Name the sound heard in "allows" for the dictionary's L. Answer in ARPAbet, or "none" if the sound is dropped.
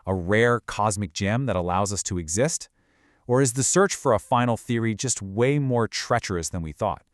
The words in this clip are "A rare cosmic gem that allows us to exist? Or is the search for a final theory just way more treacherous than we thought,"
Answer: L